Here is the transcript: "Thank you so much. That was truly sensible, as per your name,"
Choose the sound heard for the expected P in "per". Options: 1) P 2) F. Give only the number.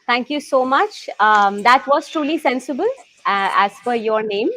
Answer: 2